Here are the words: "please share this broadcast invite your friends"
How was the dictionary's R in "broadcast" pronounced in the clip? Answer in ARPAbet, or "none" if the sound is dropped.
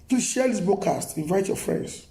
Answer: none